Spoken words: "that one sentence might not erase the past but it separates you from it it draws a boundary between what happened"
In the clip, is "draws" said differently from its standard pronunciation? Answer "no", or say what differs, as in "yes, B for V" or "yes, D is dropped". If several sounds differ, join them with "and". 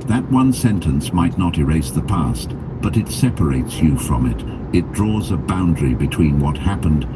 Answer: no